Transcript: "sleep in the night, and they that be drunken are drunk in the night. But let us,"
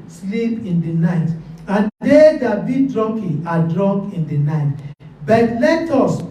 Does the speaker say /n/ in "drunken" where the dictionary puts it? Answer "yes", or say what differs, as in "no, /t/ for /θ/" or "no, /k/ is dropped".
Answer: no, /n/ is dropped